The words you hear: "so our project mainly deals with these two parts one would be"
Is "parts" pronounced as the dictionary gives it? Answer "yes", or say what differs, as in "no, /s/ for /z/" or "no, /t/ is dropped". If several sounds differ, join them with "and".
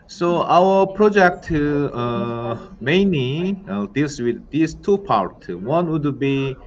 no, /s/ is dropped